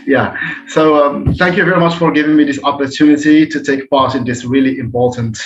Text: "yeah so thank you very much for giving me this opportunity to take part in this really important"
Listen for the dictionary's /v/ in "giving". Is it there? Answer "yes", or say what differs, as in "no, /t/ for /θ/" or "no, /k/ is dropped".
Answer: yes